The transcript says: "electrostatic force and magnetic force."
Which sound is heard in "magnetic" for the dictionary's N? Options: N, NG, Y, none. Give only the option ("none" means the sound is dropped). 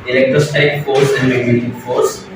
none